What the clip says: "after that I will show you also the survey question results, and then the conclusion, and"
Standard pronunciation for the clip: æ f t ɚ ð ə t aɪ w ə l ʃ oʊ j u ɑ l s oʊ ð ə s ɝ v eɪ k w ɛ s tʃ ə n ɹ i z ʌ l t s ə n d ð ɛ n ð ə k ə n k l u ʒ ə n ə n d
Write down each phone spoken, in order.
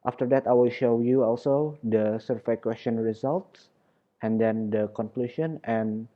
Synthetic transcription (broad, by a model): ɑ f t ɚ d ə t aɪ w ə l ʃ oʊ j u ɑ l s oʊ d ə s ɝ f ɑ k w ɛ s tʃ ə n ɹ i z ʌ l t s ə n d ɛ n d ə k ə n k l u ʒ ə n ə n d